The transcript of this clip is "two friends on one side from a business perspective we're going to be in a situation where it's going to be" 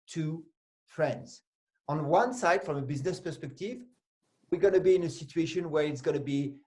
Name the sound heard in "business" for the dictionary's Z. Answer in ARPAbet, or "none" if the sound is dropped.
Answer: Z